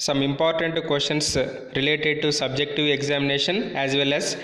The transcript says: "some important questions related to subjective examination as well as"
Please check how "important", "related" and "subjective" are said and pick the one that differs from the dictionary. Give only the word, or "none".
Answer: none